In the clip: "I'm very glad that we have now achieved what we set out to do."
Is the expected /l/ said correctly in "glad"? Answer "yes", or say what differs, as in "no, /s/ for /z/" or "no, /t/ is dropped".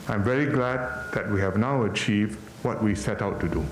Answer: yes